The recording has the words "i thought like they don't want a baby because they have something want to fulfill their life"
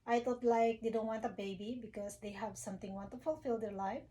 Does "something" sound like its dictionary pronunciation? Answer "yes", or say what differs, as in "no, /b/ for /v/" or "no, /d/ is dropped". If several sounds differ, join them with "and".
no, /t/ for /θ/